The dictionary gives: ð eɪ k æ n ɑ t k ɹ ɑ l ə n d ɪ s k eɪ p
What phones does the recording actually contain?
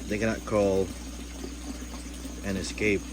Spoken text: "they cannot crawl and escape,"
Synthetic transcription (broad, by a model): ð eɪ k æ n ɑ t k ɑ l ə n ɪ s k eɪ p